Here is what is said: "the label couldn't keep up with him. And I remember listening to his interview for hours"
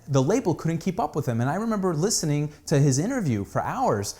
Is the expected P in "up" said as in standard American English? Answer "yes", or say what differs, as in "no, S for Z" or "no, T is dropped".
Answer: yes